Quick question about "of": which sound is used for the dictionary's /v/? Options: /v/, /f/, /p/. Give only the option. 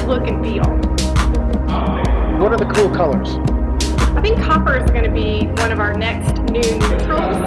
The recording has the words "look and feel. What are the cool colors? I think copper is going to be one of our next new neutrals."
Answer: /v/